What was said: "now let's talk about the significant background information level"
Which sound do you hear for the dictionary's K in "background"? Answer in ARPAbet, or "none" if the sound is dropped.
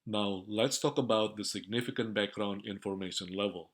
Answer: K